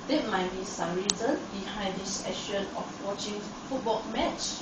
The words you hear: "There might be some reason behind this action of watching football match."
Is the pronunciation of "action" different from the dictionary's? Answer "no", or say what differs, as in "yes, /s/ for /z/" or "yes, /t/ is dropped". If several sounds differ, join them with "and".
yes, /k/ is dropped